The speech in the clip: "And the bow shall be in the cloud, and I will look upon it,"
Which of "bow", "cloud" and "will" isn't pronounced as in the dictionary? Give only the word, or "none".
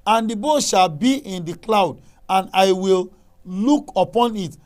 none